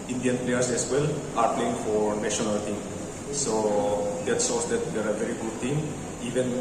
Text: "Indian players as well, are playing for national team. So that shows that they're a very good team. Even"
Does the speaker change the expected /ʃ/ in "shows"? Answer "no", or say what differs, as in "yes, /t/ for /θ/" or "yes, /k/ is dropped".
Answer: yes, /s/ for /ʃ/